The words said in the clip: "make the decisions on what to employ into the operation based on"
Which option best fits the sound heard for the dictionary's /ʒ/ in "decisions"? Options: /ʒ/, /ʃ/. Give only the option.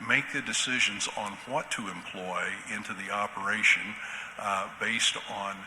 /ʒ/